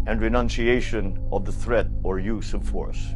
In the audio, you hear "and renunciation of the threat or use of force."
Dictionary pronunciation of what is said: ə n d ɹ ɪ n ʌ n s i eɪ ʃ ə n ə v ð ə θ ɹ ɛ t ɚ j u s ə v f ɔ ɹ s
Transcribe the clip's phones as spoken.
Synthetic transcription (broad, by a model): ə n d ɹ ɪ n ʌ n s i eɪ ʃ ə n ə v ð ə θ ɹ ɛ t ɚ j u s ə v f ɔ ɹ s